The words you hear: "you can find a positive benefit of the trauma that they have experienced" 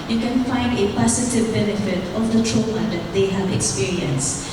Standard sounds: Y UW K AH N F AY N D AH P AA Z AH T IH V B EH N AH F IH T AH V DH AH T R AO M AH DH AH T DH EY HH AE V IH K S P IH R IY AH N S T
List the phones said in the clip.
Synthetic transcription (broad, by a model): Y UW K AH N F AY N D AH P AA S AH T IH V B EH N AH F IH T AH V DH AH T R AO M AH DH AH T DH EY HH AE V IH K S P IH R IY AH N S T